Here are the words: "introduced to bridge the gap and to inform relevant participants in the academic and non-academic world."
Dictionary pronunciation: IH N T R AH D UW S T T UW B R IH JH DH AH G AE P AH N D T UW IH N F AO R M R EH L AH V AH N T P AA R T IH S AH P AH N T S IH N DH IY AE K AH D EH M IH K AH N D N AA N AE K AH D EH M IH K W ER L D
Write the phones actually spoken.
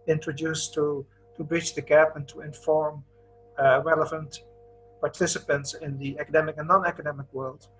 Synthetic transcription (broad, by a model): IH N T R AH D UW S T T UW B R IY CH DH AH G AE P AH N T UW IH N F AO R M R EH L AH V AH N T P AA R T IH S AH P AH N T S IH N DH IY AE K AH D EH M IH K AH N N AA N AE K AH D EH M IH K W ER L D